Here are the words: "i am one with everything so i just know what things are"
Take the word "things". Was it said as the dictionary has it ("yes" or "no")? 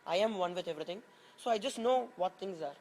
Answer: no